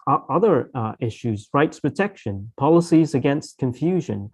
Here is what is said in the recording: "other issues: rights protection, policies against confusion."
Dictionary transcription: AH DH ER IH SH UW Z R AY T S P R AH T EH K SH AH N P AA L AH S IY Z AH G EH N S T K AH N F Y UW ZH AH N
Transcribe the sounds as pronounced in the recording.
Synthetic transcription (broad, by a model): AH DH ER IH SH UW Z R AY T S P R AH T EH K SH AH N P AA L AH S IY Z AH G EH N S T K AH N F Y UW ZH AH N